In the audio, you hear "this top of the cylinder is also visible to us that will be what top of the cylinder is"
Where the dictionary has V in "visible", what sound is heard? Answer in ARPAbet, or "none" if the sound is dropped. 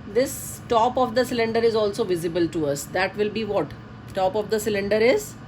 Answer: V